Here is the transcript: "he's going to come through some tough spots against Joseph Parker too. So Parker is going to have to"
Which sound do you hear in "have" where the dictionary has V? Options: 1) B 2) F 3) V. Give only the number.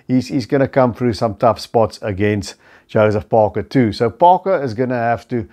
2